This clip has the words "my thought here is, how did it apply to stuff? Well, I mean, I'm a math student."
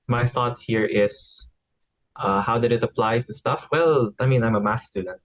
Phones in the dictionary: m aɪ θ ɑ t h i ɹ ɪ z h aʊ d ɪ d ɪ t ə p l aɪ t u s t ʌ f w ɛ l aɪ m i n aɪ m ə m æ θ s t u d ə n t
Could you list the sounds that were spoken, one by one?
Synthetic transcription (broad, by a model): m aɪ θ ɑ t h i ɹ ɪ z h aʊ d ɪ d ɪ t ə p l aɪ t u s t ʌ f w ɛ l aɪ m i n aɪ m ə m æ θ s t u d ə n t